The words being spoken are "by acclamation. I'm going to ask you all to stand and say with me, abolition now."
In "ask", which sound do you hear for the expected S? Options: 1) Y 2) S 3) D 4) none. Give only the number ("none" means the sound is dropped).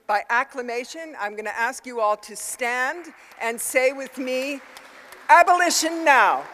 2